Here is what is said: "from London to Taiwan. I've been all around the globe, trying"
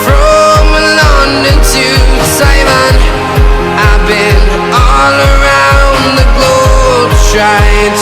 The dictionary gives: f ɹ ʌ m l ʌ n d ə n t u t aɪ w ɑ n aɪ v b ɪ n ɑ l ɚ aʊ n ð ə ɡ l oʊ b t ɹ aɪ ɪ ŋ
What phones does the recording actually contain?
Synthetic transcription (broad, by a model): f ɹ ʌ m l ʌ n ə n t u s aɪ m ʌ n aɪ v b ɪ n ɑ l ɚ aʊ n ð ə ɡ l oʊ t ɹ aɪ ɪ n